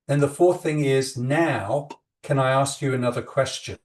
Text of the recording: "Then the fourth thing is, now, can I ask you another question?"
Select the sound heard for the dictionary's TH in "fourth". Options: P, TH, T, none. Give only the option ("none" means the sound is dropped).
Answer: TH